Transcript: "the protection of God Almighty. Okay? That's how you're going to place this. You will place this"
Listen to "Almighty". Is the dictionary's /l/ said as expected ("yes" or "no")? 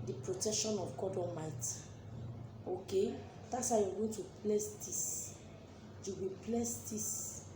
no